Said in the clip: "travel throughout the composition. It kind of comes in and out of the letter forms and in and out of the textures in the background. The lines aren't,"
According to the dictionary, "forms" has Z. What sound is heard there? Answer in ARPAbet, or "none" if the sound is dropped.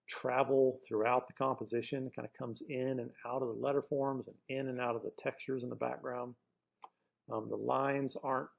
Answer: Z